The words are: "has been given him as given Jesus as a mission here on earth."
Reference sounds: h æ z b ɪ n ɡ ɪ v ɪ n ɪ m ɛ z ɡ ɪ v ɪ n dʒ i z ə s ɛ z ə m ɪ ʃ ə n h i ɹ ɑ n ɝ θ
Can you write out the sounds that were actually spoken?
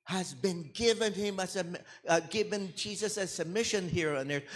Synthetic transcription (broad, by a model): h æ z b ɪ n ɡ ɪ v ɪ n ɪ m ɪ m ɡ ɪ v ɪ n dʒ i z ə s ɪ s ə m ɪ ʃ ə n h i ɹ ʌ n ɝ